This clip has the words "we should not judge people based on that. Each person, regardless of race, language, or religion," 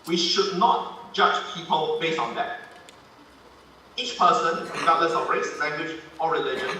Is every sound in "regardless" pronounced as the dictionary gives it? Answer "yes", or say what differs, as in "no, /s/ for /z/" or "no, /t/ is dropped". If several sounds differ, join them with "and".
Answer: no, /l/ is dropped